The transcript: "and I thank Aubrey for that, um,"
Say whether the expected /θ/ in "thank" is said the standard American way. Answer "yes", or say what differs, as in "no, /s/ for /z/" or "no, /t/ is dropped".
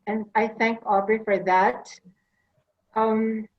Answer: yes